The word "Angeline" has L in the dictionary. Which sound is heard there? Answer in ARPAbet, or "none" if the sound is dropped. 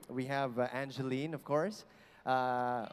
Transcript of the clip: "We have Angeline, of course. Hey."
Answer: L